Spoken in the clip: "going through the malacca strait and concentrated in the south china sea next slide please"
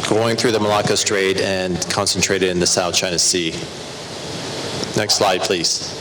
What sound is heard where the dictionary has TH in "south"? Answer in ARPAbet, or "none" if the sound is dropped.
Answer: TH